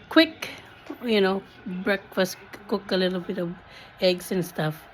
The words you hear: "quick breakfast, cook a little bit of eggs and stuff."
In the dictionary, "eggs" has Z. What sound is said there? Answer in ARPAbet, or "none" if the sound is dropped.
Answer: S